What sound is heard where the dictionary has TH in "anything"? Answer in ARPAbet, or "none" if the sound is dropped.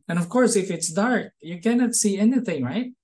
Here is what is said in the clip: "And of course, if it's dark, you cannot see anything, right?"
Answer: TH